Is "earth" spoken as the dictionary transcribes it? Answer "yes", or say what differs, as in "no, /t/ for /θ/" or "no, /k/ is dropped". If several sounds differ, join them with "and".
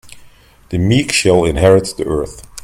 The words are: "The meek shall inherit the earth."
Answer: yes